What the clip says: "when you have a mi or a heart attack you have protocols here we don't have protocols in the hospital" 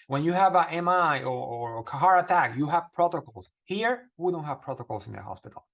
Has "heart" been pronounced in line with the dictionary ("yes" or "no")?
no